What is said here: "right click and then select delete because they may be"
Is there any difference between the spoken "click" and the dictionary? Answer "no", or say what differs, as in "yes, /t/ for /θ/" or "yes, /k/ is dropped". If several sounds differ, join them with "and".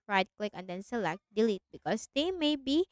no